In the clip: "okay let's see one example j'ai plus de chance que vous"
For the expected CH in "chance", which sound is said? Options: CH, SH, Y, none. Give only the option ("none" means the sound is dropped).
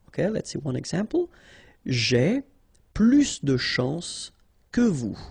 SH